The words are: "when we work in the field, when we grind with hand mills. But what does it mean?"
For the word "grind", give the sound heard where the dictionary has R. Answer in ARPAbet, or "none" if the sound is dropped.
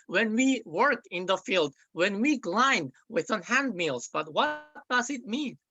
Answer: L